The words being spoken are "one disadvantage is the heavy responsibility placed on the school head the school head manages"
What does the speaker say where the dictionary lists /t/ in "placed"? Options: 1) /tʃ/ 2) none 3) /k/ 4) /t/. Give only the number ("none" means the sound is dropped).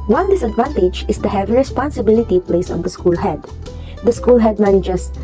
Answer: 2